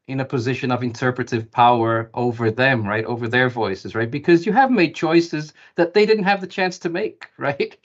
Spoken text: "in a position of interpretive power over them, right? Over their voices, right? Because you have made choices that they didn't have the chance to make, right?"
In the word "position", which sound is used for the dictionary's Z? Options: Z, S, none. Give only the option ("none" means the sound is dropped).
Z